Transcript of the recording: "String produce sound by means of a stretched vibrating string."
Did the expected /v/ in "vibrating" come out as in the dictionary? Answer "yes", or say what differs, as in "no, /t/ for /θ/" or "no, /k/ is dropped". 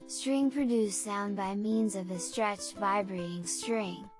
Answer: yes